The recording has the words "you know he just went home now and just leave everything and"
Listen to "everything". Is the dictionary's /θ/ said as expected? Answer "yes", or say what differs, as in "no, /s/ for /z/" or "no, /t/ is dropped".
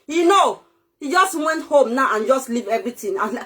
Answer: no, /t/ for /θ/